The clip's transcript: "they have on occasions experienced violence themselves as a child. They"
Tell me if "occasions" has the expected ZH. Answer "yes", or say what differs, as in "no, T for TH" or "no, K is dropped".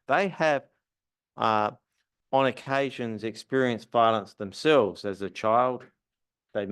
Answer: yes